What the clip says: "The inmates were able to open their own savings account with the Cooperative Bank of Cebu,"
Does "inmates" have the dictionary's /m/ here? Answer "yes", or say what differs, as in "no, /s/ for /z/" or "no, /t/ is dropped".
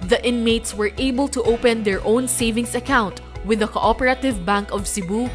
yes